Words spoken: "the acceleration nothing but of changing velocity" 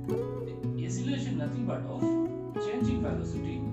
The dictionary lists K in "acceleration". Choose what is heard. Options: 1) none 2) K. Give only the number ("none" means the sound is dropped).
1